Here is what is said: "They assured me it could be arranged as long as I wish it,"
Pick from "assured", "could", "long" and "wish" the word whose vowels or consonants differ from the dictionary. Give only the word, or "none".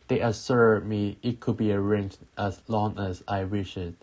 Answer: assured